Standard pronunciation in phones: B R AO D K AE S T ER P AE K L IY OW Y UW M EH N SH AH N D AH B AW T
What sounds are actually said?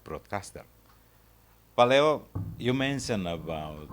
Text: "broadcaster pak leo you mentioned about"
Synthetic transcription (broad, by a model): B R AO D K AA S T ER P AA L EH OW Y UW M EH N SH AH N AH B AW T